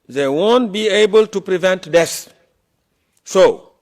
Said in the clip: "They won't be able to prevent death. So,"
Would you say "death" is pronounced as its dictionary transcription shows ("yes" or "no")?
no